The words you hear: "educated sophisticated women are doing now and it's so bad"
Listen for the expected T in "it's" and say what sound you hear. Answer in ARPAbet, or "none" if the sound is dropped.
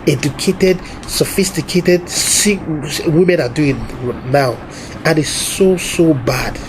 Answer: S